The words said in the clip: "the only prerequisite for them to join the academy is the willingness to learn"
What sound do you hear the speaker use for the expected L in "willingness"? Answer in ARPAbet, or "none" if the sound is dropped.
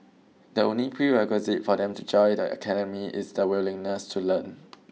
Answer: L